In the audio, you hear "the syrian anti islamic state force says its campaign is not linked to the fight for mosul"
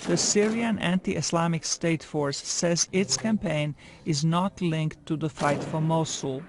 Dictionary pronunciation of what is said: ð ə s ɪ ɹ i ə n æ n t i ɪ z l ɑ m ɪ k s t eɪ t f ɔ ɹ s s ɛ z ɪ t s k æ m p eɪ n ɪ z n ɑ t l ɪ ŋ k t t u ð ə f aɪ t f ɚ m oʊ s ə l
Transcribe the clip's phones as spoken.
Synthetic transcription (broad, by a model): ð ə s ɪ ɹ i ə n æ n t i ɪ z l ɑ m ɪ k s t eɪ t f ɔ ɹ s s ɛ z ɪ t s k æ m p eɪ n ɪ z n ɑ t l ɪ ŋ k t t u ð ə f aɪ t f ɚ m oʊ s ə l